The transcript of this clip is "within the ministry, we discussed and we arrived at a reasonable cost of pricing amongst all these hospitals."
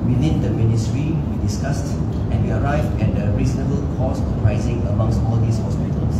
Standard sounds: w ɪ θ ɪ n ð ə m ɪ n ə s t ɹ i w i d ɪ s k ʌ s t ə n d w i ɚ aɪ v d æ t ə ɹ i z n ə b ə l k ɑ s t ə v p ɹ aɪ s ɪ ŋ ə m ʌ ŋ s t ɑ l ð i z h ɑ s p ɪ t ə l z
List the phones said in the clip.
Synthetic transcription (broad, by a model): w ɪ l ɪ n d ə m ɪ n ə s t ɹ i w i d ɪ s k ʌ s t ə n w i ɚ aɪ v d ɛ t ə ɹ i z n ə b ə l k ɑ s ə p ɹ aɪ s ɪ ŋ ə m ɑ ŋ s t ɑ l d i s h ɑ s p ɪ t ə l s